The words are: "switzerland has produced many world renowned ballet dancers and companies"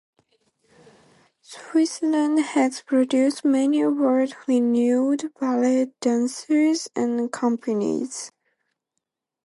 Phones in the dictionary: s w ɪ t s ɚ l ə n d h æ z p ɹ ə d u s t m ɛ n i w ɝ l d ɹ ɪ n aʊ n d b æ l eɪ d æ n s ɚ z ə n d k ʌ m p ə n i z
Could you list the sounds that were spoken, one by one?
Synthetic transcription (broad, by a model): s w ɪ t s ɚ l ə n d h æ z p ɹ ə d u s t m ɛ n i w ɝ d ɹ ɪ n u d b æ l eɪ d æ n s ɚ z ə n k ʌ m p ə n i z